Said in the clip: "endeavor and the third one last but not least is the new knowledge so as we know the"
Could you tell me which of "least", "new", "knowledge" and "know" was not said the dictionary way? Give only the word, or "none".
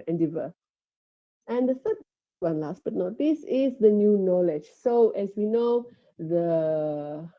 least